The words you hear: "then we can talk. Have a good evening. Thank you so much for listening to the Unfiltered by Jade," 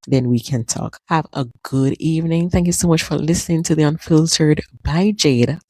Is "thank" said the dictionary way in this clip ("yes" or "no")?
yes